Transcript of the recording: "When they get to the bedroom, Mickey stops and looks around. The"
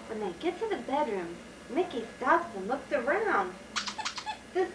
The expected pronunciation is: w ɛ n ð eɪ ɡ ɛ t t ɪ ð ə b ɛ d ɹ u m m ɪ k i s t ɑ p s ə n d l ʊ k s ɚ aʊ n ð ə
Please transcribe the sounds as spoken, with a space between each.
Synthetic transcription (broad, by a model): w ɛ n ð eɪ ɡ ɛ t t ɪ ð ə b ɛ d ɹ u m m ɪ k i s t ɑ p s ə n l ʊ k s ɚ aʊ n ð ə